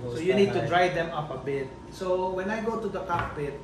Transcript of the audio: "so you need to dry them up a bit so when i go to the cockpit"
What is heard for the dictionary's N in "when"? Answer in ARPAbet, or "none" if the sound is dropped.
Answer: N